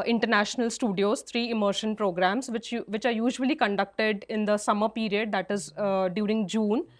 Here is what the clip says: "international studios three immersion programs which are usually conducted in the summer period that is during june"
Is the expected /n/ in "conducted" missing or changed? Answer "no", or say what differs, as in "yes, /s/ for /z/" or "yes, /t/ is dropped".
no